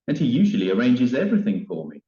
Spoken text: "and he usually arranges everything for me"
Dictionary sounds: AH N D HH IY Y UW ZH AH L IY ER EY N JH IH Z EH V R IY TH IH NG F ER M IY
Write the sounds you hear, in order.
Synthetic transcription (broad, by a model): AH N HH IY Y UW ZH AH L IY ER EY N JH IH Z EH V R IY TH IH NG F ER M IY